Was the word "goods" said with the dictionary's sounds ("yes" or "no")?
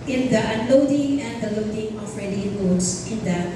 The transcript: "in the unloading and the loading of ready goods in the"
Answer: no